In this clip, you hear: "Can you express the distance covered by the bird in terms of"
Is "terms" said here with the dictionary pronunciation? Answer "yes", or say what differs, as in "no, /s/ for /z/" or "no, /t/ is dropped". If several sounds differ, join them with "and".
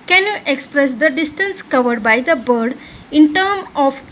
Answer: no, /z/ is dropped